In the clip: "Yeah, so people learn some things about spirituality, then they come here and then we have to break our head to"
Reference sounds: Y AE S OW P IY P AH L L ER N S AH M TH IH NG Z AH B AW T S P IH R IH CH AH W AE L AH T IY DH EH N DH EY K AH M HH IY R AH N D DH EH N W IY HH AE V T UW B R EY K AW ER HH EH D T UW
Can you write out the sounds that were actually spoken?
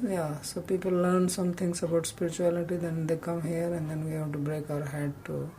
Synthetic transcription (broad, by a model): Y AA S OW P IY P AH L L ER N S AH M T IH NG S AH B AW T S P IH R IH CH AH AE L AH T IY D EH N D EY K AH M HH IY R AH N D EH N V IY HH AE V T UW B R EY K AW ER HH EH D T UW